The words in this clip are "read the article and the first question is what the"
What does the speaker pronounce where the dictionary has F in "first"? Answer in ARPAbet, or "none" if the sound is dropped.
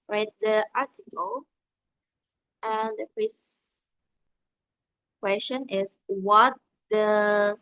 P